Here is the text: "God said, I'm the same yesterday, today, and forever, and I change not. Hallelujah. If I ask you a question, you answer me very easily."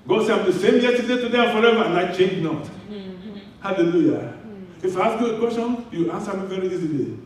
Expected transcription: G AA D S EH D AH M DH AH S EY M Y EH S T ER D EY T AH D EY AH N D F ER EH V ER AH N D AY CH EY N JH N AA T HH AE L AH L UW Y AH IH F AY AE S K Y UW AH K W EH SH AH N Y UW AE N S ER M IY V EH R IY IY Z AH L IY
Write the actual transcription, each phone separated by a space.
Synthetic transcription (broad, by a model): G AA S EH AH M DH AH S EY M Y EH T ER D EY T AH D EY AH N F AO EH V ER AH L AY CH EY N JH N AA T HH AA L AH L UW Y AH IH F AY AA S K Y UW AH K W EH S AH N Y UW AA N S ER M IY V EH R IY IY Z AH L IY